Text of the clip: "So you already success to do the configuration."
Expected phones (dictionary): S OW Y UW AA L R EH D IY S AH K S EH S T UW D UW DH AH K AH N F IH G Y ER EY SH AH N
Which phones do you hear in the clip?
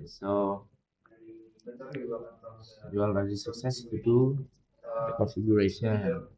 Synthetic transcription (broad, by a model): S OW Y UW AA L EH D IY S AH K S EH S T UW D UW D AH K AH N F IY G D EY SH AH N